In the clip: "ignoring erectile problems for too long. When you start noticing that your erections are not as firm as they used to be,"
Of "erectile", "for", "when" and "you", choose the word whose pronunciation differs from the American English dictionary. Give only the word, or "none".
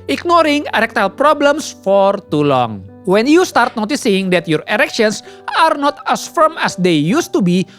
none